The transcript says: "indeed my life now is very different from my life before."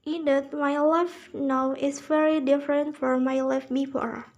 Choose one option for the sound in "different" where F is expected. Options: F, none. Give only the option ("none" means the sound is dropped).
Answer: F